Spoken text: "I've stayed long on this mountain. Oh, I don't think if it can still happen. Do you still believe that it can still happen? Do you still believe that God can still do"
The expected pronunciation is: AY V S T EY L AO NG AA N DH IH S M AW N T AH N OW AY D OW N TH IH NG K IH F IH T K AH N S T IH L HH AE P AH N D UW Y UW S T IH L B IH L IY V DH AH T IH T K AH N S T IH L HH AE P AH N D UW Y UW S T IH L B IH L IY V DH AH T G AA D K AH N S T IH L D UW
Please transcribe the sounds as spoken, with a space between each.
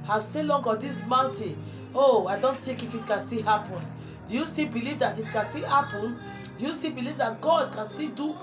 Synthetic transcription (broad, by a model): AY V S T EY L AO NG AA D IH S M AW N T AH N OW AY D OW N T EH K IH F IH T K AH N S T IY HH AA P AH N D UW Y UW S T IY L B IH L IY V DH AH T IH T K AH N S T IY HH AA P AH N D UW Y UW S T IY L B IH L IY V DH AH T G AA D K AH N S T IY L D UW